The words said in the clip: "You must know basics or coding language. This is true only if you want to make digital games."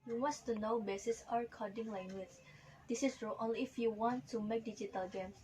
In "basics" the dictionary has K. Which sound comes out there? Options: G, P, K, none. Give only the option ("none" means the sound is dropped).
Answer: none